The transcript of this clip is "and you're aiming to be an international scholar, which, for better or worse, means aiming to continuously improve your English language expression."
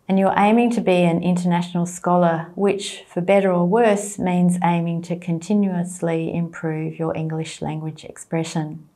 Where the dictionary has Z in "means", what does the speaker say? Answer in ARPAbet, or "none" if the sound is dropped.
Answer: Z